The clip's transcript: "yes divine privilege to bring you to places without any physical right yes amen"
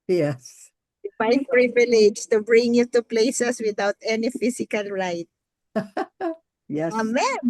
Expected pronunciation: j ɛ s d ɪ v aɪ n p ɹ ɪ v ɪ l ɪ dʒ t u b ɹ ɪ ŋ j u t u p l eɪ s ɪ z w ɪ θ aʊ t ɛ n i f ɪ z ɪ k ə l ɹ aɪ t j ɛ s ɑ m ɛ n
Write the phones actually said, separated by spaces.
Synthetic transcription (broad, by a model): j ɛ s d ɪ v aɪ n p ɹ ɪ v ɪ l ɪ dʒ t u b ɹ ɪ ŋ j u t u p l eɪ s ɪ s w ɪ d aʊ t ɛ n i f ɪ s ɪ k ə l ɹ aɪ t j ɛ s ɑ m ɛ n